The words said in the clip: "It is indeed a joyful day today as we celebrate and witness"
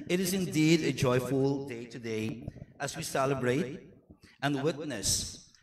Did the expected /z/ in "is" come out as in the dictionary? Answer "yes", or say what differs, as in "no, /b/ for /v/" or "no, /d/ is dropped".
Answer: yes